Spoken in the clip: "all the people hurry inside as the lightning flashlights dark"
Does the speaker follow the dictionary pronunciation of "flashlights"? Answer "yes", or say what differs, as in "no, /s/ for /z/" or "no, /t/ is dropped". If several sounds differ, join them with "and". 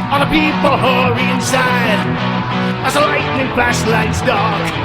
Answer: no, /p/ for /f/ and /s/ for /ʃ/